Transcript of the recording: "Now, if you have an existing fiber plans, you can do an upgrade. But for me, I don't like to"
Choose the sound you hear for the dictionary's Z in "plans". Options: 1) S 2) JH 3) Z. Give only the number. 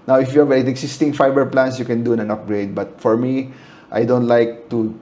1